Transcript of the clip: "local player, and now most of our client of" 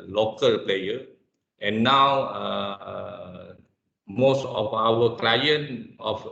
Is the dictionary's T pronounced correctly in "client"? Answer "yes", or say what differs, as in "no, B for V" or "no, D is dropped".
no, T is dropped